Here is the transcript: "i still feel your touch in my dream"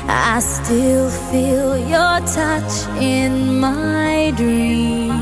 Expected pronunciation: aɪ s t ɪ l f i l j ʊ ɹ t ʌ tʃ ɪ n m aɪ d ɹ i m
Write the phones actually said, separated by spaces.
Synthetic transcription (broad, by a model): aɪ s t ɪ l f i l j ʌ ɹ t ʌ tʃ ɪ n m aɪ d ɹ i m